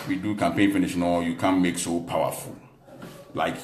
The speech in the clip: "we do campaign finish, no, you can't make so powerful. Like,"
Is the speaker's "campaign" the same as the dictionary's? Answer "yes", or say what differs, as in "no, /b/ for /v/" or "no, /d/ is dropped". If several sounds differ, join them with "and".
yes